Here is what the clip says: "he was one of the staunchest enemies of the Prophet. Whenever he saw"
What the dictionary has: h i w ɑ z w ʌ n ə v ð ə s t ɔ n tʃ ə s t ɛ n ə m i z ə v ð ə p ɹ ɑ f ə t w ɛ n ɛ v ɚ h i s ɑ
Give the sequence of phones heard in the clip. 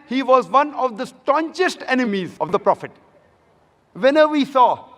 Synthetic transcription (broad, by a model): h i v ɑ z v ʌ n ə v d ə s t ɔ n tʃ ə s t ɛ n ə m i z ə v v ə p ɹ ɑ f ə t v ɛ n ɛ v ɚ i s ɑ